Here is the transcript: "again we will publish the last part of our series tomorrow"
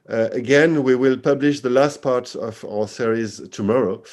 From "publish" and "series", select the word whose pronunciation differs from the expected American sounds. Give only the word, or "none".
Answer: none